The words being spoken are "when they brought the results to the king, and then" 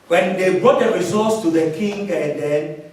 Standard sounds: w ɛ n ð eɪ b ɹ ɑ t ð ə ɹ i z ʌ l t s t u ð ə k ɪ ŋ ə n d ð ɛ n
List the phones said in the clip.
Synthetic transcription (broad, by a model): w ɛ n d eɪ b ɹ ɑ t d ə ɹ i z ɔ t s t u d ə k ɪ ŋ ə n d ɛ n